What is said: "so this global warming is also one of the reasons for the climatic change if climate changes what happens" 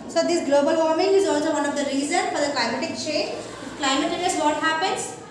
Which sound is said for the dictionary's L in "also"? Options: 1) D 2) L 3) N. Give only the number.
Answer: 2